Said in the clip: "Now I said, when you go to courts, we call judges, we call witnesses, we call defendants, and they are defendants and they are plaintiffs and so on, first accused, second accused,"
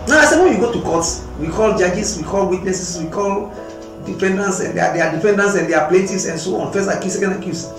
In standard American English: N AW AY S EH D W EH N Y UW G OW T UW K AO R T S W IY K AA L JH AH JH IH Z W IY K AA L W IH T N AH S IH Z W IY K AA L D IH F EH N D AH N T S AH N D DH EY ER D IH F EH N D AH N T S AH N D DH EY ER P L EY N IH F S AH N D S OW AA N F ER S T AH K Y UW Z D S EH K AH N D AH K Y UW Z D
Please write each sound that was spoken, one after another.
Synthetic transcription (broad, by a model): N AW AY S EH D W EH N Y UW G OW T UW K AO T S W IY K AA L JH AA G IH S W IY K AA L W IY T N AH S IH S W IY K AA L D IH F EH N D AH N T S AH N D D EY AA D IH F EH N D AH N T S AH N D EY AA P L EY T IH S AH N S OW AA N F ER S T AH K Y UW S EH K AH N D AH K Y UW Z